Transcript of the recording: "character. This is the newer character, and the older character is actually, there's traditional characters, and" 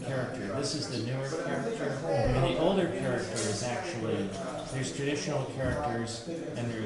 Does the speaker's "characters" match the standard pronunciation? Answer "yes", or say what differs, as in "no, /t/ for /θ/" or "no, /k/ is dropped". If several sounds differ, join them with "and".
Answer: yes